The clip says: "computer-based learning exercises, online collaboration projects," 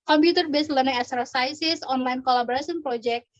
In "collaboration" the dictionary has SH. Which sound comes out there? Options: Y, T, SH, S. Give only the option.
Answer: S